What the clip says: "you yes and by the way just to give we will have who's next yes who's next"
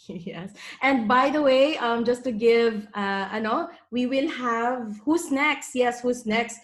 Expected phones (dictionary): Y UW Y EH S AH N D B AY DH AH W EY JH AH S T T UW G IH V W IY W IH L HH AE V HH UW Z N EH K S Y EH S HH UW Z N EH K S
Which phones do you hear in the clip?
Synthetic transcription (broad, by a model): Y Y EH S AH N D B AY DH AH W EY JH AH S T T UW G IH V W IY W IH L HH AE V HH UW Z N EH K S Y EH S HH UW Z N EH K S